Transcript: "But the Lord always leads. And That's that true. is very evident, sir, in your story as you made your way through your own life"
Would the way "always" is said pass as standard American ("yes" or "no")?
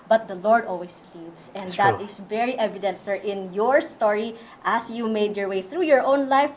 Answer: no